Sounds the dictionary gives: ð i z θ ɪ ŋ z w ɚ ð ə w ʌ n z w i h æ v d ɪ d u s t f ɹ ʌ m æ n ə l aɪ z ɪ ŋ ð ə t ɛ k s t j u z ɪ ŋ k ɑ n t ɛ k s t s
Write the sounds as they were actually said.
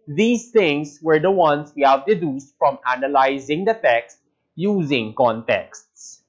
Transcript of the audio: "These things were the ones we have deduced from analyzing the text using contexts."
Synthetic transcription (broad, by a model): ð i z t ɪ ŋ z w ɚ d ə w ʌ n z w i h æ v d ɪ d u s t f ɹ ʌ m æ n ə l aɪ z ɪ ŋ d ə t ɛ k s t j u z ɪ ŋ k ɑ n t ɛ k s t s